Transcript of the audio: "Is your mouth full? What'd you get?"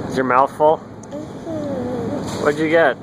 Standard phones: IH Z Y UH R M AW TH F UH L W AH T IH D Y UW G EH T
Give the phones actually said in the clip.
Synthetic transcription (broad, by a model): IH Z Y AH R M AW TH F L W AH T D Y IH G EH T